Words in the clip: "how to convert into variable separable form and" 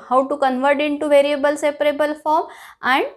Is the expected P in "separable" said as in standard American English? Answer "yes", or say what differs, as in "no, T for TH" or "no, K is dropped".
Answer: yes